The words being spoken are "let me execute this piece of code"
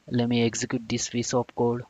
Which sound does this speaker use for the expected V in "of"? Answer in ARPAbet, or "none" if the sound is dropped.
P